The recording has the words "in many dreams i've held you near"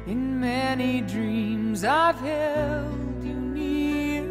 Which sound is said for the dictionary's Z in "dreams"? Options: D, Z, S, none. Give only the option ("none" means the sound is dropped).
Z